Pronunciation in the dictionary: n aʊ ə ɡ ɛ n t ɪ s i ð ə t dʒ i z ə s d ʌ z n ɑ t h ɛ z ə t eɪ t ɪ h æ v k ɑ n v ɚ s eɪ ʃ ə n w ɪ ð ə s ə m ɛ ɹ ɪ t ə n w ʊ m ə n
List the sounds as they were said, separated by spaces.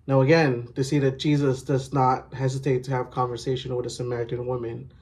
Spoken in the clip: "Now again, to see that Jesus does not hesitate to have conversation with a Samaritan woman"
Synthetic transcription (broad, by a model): n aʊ ə ɡ ɛ n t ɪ s i ð ə t dʒ i z ə s d ʌ z n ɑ t h ɛ z ə t eɪ t ɪ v k ɑ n v ɚ s eɪ ʃ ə n w ɪ ð ə s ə m ɛ ɹ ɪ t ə n w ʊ m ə n